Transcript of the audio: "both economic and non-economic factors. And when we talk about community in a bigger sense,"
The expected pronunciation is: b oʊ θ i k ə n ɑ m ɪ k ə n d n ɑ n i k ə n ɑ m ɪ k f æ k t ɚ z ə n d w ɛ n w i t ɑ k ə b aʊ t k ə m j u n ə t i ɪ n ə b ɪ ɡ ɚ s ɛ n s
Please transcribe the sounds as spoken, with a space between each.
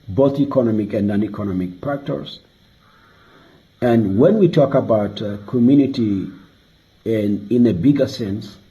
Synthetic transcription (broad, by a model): b oʊ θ i k ə n ɑ m ɪ k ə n n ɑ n i k ə n ɑ m ɪ k p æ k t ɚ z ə n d w ɛ n w i t ɑ k ə b aʊ t k ə m j u n ə t i ɪ n ə b ɪ ɡ ɚ s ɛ n s